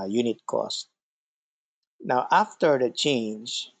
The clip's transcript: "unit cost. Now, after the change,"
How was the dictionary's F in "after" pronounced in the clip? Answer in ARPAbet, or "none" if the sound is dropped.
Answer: F